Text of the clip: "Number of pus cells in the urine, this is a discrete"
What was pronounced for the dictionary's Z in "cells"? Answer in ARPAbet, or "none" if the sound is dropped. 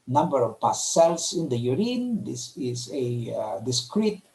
S